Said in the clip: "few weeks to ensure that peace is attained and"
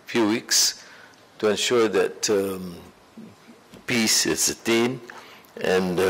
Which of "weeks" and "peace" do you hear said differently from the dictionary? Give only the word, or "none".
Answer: none